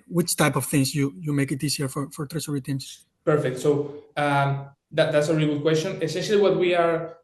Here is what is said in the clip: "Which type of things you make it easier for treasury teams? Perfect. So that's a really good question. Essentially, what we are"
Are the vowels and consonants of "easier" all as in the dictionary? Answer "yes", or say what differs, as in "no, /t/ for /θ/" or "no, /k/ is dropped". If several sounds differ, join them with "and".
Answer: no, /s/ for /z/